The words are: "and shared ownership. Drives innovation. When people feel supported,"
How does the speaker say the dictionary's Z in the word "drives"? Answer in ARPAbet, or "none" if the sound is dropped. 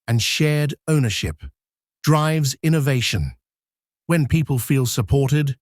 Z